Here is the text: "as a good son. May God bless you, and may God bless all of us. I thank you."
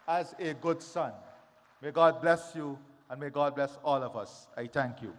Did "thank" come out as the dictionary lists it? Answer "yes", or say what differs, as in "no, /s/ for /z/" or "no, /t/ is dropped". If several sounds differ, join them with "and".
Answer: no, /t/ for /θ/